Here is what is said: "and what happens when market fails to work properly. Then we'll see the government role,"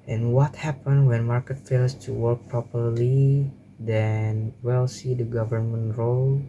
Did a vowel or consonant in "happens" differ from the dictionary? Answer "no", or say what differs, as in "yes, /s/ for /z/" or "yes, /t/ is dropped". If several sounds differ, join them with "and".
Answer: yes, /z/ is dropped